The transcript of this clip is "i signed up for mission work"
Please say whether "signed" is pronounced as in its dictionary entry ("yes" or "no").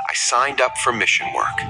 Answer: yes